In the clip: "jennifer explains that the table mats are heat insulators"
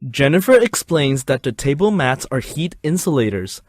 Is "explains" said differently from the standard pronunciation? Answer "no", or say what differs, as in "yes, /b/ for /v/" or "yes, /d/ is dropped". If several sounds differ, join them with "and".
no